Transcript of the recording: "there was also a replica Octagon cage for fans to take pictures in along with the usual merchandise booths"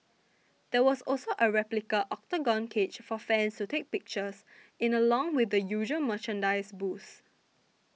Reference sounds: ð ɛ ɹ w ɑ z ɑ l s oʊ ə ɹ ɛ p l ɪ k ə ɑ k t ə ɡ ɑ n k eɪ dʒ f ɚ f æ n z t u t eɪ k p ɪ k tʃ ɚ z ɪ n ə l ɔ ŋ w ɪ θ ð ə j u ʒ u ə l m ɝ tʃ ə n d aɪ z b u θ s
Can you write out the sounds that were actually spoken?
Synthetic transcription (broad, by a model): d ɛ w ɑ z ɑ l s oʊ ə ɹ ɛ p l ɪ k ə ɑ k t ə ɡ ɑ n k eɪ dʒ f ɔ f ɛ n s t u t eɪ k p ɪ k tʃ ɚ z ɪ n ə l ɔ ŋ w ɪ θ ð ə j u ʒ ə m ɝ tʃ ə n d aɪ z b u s